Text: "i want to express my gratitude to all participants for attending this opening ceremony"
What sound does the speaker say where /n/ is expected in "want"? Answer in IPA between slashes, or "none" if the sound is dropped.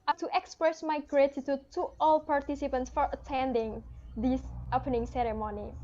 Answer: none